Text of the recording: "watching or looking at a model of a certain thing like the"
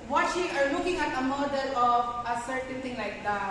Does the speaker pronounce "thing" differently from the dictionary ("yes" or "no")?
yes